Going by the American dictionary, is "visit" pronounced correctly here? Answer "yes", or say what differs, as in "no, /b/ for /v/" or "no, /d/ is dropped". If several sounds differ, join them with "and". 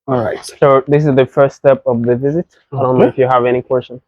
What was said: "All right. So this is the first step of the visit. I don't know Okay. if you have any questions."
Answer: yes